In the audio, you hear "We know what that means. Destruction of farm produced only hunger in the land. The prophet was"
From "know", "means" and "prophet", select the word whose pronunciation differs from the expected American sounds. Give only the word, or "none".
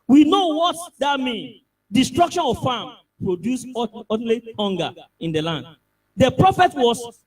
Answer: means